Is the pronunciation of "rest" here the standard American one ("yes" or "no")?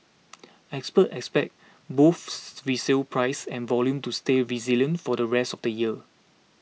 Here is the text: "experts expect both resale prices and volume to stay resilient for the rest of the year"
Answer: yes